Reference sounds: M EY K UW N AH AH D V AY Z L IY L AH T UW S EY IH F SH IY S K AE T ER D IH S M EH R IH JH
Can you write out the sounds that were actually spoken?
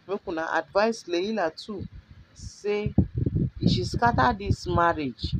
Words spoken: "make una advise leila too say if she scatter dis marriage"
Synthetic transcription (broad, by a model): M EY K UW N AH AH D V AY S L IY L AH T UW S EY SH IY S K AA T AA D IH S M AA R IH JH